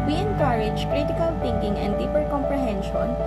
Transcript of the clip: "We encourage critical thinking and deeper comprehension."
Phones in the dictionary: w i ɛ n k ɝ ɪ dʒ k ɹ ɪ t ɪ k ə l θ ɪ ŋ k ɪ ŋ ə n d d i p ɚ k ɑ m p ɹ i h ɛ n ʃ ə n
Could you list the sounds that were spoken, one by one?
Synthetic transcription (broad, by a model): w i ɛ n k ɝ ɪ dʒ k ɹ ɪ t ɪ k ə l t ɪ ŋ k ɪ ŋ ə n d d i p ɚ k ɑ m p ɹ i h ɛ n ʃ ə n